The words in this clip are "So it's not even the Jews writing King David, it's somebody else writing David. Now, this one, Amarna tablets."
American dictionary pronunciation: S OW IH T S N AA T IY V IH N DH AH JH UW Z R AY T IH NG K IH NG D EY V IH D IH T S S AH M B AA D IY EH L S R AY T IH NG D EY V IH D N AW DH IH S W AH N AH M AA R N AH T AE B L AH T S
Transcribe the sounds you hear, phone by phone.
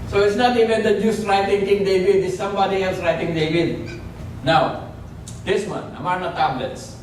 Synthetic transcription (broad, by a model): S OW IH T S N AA T IY V IH N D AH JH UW S R AY T IH NG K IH NG D EY V IH D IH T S S AH M B AA D IY EH L S R AY T IH NG D EY V IH D N AW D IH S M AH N AH M AA R N AH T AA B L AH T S